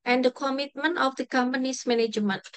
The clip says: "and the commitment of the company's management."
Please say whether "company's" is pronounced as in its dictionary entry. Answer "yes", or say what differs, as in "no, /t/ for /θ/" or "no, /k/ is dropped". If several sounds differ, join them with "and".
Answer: no, /s/ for /z/